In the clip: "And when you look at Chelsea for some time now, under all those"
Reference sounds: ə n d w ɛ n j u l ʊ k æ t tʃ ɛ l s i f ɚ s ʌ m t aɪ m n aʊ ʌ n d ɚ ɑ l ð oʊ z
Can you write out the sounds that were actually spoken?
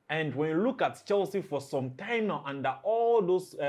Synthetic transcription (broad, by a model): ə n d w ɛ n j u l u k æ t tʃ ɛ l s i f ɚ s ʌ m t aɪ m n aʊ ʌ n d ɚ ɑ l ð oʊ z